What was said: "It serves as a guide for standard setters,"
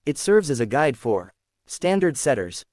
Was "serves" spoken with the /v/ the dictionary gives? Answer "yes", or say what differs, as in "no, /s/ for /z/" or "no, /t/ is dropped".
yes